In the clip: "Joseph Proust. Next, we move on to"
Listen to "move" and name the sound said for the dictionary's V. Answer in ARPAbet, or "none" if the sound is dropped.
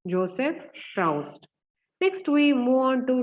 none